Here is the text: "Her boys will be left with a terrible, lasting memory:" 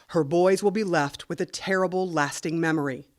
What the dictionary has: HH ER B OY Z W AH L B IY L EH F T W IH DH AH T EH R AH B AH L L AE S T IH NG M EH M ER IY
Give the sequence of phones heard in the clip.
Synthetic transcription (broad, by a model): HH ER B OY Z W AH L B IY L EH F T W IH DH AH T EH R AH B L L AE S T IH NG M EH M ER IY